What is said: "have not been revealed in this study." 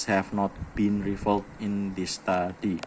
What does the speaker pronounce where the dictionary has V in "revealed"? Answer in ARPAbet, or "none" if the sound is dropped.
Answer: F